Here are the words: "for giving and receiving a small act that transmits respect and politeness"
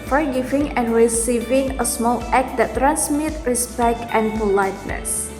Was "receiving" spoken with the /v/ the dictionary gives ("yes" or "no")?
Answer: yes